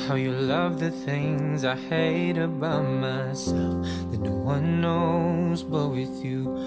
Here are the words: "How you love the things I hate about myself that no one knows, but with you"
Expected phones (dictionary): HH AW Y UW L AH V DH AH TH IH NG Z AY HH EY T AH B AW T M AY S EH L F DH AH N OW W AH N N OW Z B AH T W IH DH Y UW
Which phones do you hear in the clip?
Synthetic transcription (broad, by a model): HH AW Y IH L AH V DH AH TH IH NG Z AY HH EY T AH B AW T M AY S EH L F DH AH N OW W AH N N OW Z B AH T W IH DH Y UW